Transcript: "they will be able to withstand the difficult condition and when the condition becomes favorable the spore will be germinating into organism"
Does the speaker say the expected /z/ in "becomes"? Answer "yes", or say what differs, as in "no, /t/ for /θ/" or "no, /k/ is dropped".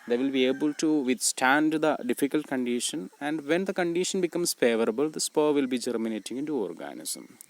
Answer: no, /s/ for /z/